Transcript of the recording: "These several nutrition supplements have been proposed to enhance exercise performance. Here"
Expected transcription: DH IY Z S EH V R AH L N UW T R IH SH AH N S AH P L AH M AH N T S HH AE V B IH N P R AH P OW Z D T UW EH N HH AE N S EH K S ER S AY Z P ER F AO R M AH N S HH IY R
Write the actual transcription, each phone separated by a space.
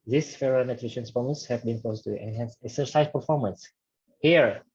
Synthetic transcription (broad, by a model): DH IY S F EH R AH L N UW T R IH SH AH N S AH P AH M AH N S HH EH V B IH N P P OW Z T UW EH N HH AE N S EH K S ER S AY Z P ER F AO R M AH N S HH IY R